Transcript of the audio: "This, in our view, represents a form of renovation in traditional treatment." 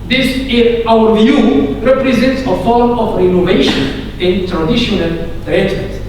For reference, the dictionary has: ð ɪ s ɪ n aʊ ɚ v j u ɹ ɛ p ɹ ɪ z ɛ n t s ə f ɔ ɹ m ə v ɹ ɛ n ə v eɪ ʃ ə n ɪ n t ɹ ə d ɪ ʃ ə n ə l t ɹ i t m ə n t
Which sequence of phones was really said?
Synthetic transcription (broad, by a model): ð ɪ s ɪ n aʊ ɚ v j u ɹ ɛ p ɹ ɪ z ɛ n t s ə f ɔ ɹ m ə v ɹ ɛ n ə v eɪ ʃ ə n ɪ n t ɹ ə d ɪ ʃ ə n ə l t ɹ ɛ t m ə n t